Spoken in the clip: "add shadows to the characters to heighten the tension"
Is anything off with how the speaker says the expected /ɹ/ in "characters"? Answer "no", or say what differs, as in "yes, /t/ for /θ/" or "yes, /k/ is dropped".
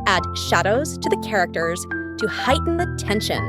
no